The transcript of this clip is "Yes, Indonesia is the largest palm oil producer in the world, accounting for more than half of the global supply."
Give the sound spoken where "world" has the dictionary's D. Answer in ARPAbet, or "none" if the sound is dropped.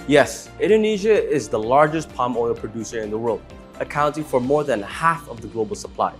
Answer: D